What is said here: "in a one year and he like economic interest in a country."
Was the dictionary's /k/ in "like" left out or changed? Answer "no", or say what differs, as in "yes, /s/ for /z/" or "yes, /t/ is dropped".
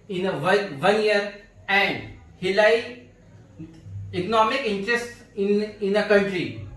yes, /k/ is dropped